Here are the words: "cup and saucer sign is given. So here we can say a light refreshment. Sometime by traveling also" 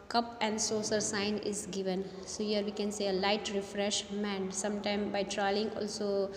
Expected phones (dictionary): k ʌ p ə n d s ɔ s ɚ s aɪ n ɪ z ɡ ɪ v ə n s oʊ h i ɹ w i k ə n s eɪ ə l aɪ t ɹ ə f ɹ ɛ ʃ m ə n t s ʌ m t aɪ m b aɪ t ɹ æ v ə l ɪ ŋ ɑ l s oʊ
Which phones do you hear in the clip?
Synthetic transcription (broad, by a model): k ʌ p ə n d s ɔ s ɚ s aɪ n ɪ z ɡ ɪ v ə n s oʊ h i ɹ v i k ə n s eɪ ə l aɪ t ɹ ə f ɹ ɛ ʃ m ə n s ʌ m t aɪ m b aɪ t ɹ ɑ ə l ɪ ŋ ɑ l s oʊ